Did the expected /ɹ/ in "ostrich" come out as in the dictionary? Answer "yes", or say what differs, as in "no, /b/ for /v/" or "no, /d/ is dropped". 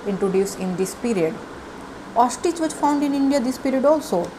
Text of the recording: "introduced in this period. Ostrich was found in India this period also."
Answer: no, /ɹ/ is dropped